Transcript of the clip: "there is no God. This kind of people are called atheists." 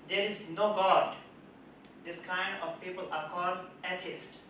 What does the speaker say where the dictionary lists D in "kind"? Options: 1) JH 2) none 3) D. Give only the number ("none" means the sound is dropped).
3